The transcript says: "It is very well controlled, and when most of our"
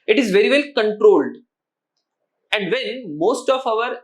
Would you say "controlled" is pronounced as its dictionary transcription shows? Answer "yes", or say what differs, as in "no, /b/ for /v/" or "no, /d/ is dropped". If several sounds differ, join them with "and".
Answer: yes